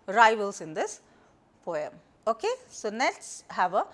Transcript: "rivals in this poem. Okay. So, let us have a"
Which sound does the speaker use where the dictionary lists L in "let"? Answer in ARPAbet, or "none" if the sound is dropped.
N